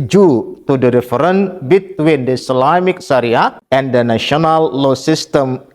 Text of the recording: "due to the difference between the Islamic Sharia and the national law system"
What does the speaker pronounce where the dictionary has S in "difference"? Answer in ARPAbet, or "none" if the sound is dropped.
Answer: none